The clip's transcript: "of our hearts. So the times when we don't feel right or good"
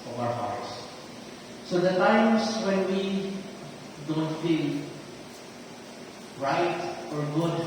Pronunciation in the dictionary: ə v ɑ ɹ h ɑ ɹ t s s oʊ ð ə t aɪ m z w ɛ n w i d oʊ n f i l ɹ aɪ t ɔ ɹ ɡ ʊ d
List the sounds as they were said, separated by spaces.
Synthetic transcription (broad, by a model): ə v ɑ w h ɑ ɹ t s s oʊ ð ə t aɪ m s w ɛ n w i d oʊ n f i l ɹ aɪ t ɔ ɹ ɡ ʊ d